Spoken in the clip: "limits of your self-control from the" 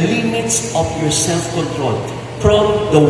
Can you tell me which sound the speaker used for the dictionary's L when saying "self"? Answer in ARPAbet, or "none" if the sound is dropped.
L